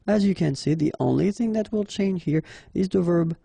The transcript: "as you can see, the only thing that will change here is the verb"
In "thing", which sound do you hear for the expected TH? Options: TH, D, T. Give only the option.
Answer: TH